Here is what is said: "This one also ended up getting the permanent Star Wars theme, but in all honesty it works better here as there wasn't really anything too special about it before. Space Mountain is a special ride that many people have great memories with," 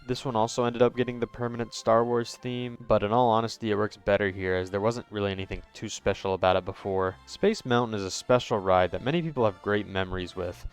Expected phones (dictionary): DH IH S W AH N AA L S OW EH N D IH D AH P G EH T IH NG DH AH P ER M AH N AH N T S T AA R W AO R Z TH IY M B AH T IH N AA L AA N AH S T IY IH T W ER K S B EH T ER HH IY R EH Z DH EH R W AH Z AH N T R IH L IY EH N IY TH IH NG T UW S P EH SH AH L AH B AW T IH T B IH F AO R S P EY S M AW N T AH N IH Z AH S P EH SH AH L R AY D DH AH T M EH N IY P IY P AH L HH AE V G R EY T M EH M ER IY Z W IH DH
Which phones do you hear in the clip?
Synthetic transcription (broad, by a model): DH IH S W AH N AA L S OW EH N D IH D AH P G EH T IH NG DH AH P ER M AH N AH N T S T AA R W AO R Z TH IY M B AH T IH N AA L AA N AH S T IY IH T W ER K S B EH T ER HH IY R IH Z DH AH R W AH Z AH N T R IH L IY EH N IY TH IH NG T UW S P EH SH L AH B AW T IH T B IH F AO R S P EY S M AW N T N IH Z AH S P EH SH L R AY D DH AH T M EH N IY P IY P L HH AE V G R EY T M EH M ER IY Z W IH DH